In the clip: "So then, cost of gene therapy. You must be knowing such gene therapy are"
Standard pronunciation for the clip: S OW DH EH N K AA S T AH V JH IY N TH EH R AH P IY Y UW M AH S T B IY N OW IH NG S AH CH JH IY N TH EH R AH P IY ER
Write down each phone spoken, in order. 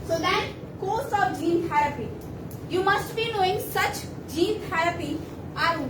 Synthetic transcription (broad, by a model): S OW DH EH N K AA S AH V JH IY N T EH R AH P IY Y UW M AH S T B IY N OW IH NG S AH CH JH IY N T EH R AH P IY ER